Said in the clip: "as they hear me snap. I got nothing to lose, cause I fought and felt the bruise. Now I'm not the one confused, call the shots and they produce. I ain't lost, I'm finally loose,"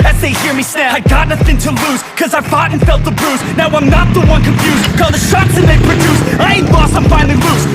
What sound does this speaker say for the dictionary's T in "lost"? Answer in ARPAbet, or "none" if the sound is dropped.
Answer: none